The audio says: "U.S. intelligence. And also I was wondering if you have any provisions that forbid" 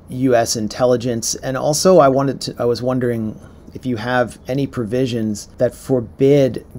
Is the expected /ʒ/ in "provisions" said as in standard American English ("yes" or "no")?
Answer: yes